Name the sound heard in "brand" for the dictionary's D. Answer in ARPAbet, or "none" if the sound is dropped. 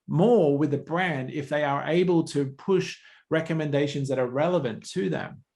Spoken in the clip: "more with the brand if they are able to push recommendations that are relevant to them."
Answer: D